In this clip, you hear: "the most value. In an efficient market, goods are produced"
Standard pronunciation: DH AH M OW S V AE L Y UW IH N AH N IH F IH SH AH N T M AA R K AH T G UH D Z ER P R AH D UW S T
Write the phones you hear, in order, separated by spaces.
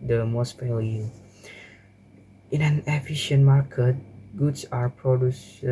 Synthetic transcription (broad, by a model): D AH M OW S P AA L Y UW IH N AH N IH F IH SH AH N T M AA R K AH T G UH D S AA P R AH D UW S